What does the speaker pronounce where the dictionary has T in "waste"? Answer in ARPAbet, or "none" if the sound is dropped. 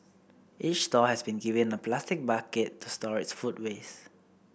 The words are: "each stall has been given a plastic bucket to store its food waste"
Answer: none